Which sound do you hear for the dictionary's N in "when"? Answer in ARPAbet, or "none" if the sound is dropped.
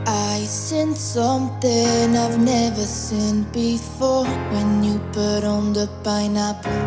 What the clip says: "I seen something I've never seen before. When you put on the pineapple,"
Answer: N